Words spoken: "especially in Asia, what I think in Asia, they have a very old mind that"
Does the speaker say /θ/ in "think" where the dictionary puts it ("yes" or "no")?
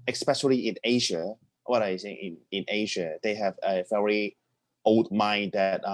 no